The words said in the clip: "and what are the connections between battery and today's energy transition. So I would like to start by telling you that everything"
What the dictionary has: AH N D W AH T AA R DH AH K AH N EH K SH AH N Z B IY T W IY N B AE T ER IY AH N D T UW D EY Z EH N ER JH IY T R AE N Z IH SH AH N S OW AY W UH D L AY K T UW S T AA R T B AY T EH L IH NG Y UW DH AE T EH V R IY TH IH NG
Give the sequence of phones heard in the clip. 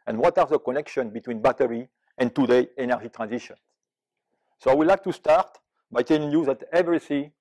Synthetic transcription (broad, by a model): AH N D W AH T AA R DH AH K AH N EH K SH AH N B IY T W IY N B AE T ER IY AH N T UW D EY EH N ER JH IY T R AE N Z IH SH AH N S OW AY W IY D L AY K T UW S T AA R T B AY T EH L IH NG Y UW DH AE T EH V R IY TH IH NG